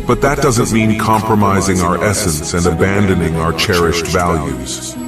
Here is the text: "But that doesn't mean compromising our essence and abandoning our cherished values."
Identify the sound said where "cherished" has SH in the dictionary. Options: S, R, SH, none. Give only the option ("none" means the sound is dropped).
SH